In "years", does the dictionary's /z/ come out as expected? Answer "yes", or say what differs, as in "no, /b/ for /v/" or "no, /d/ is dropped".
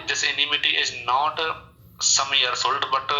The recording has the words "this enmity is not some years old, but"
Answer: no, /s/ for /z/